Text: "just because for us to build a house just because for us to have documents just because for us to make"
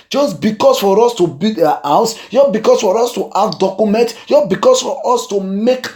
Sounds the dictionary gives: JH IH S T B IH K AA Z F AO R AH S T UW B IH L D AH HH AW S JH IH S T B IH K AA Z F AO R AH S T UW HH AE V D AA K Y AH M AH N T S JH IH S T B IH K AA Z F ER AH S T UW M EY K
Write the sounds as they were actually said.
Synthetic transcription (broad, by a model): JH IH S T B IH K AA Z F AO R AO S T UW B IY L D AH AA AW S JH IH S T B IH K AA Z F AO R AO S T UW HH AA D D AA K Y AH M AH N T JH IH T B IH K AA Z F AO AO S T UW M EY K